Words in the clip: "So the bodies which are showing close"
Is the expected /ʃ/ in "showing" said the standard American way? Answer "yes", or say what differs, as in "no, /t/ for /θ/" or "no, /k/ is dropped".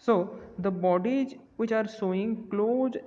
no, /s/ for /ʃ/